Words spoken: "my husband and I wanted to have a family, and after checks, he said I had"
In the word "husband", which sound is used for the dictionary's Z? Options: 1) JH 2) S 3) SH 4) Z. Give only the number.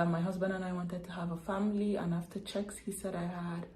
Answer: 4